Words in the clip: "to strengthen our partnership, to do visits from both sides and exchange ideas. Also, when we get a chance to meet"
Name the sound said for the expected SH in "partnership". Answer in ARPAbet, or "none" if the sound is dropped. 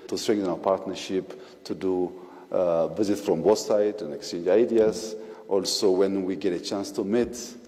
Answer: SH